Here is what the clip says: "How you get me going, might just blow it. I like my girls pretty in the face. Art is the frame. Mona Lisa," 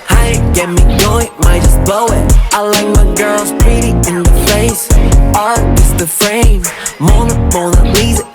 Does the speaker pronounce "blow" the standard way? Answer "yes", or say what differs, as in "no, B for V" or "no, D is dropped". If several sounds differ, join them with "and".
no, L is dropped